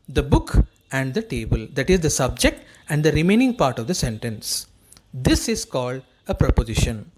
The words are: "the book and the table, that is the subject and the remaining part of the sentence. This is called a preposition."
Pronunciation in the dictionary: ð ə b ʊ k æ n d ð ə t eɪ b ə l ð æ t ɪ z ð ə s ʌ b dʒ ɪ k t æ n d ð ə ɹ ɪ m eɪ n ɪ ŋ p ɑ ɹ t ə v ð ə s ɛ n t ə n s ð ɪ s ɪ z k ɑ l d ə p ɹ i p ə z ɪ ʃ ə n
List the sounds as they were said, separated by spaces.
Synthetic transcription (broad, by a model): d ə b ʊ k æ n d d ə t eɪ b ə l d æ t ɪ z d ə s ʌ b dʒ ɪ k t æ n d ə ɹ ɪ m eɪ n ɪ ŋ p ɑ ɹ t ə v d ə s ɛ n t ə n s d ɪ s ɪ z k ɑ l d ə p ɹ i p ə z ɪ ʃ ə n